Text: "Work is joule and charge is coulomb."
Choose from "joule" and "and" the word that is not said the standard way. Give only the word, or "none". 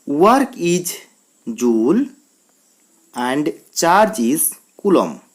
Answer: none